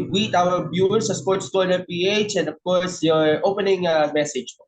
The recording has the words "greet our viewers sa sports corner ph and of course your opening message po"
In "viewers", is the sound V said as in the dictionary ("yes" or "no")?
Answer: no